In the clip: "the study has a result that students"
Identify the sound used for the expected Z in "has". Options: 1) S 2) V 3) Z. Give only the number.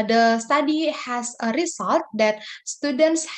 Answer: 1